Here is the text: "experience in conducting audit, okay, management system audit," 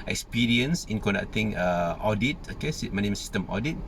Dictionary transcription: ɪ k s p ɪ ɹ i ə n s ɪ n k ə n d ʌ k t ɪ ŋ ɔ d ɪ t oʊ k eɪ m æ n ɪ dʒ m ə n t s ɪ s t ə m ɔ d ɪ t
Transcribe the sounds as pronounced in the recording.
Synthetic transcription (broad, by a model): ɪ k s p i ɹ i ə n s ɪ n k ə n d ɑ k t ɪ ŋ ɔ d ɪ t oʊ k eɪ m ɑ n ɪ m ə s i s t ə m ɔ d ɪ t